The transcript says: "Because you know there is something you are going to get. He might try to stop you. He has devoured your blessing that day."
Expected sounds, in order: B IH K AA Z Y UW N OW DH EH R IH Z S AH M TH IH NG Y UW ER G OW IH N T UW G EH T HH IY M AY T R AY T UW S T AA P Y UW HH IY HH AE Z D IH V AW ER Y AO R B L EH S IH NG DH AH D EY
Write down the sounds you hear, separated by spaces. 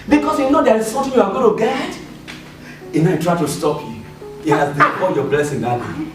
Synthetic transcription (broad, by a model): B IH K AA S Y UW N OW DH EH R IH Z S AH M T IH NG Y UW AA G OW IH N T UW G EH T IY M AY T R AY T UW S T AA P Y UW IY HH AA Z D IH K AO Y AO B L EH S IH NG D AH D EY